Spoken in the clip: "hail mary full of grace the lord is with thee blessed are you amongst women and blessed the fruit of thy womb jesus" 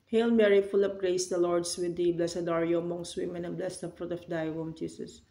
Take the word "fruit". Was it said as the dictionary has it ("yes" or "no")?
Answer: yes